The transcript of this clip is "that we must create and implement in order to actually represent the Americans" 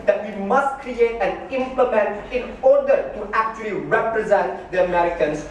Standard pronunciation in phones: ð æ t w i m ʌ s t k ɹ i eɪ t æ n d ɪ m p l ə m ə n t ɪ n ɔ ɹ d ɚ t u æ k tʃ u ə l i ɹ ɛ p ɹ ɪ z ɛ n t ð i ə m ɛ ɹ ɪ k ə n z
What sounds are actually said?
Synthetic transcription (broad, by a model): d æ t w i m ʌ s t k ɹ i eɪ t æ n ɪ m p l ə m ə n t ɪ n ɔ ɹ d ɚ t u æ k tʃ u ə l i ɹ ɛ p ɹ ɪ z ɛ n t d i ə m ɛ ɹ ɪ k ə n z